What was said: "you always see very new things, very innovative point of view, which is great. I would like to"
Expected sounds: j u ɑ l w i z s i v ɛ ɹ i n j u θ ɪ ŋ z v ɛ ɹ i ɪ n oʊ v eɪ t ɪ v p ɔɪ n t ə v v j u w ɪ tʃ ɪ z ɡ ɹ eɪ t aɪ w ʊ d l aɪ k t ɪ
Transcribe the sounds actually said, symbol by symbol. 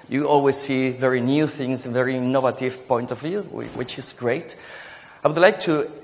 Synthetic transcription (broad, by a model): j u ɑ l w i z s i v ɛ ɹ i n j u θ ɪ ŋ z v ɛ ɹ i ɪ n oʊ v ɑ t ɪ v p ɔɪ n t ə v v j u w ɪ tʃ ɪ z ɡ ɹ eɪ t aɪ w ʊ d l aɪ k t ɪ